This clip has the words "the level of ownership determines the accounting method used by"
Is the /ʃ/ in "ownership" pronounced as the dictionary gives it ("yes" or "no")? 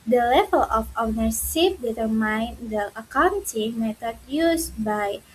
no